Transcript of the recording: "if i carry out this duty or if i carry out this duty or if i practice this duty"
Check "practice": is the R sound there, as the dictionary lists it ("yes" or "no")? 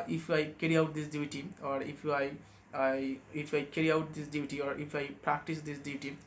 yes